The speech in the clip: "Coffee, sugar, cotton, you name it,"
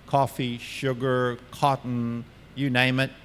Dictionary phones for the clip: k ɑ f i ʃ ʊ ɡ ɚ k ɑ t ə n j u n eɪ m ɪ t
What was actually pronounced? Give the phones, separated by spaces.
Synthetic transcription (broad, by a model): k ɑ f i ʃ ʊ ɡ ɚ k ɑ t n j u n eɪ m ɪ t